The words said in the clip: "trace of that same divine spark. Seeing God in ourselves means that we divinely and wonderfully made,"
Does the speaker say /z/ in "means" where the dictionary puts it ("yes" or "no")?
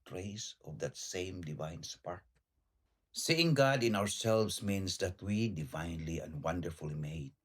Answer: no